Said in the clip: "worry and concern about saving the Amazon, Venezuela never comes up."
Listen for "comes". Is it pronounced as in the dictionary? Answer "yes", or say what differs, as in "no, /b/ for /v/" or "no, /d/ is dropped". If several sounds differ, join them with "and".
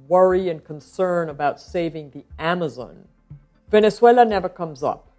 yes